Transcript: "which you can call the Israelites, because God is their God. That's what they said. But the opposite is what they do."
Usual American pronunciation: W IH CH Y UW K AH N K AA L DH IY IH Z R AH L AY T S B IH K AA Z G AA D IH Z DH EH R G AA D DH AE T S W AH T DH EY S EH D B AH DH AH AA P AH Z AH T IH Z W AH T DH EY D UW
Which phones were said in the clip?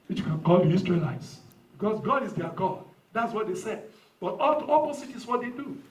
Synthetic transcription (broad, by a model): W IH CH Y UW K AH N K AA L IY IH S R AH L AY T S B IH K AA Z G AA D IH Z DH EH G AA D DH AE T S W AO T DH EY S EH D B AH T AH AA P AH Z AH T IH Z W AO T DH EY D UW